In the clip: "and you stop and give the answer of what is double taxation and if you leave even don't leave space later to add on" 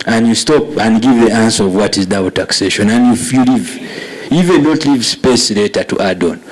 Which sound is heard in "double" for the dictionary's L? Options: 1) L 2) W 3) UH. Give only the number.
2